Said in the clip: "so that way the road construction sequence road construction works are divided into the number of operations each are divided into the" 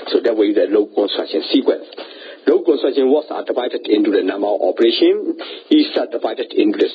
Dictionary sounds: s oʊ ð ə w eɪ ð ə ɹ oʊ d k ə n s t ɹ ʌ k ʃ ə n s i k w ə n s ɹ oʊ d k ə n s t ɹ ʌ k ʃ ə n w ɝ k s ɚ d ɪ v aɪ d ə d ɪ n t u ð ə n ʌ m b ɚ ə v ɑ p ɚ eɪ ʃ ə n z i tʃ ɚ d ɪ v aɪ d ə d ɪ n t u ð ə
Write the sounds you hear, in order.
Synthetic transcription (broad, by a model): s oʊ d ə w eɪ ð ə l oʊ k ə n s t ɹ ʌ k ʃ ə n s i k w ə n s l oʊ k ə n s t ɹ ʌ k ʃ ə n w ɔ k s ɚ d ɪ v aɪ d ə d ɪ n t u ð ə n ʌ m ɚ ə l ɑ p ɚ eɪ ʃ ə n i s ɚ d ɪ v aɪ d ə d ɪ n t u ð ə